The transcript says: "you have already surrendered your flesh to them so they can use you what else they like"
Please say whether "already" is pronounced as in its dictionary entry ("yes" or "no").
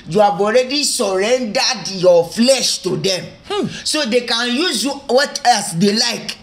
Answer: yes